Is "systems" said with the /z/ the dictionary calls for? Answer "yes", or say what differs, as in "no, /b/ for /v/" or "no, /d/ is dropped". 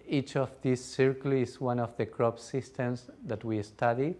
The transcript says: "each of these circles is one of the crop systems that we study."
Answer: no, /s/ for /z/